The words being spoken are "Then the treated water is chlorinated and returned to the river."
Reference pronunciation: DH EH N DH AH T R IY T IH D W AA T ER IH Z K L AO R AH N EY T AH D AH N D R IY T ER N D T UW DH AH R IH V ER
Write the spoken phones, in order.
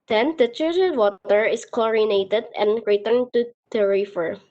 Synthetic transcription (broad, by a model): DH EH N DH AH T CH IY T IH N W AA T ER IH S K AO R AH N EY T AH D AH N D R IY T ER N T UW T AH R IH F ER